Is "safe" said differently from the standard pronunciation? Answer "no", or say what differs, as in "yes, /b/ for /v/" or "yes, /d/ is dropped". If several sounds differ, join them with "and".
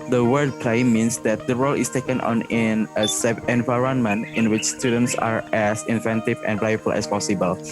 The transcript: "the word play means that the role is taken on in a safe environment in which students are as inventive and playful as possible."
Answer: yes, /f/ is dropped